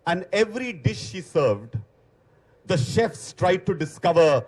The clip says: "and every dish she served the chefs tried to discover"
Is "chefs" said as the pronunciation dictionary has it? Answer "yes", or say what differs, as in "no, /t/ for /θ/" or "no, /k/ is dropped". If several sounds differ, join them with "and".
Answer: yes